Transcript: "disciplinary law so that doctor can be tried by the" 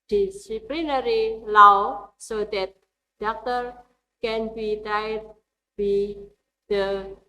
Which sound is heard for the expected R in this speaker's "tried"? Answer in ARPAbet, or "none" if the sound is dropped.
none